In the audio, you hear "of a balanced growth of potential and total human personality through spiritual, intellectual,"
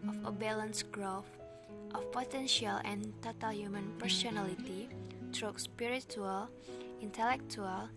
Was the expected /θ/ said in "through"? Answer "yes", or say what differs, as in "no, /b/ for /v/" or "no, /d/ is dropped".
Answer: no, /t/ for /θ/